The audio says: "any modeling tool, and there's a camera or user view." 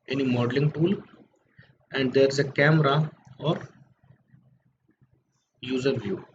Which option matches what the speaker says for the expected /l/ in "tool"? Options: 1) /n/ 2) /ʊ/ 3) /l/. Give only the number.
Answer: 3